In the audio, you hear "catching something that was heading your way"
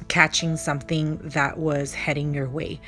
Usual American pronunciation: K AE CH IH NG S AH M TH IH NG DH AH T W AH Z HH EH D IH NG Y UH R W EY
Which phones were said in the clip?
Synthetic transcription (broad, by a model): K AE CH IH NG S AH M TH IH NG DH AH T W AH Z HH EH D IH NG Y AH R W EY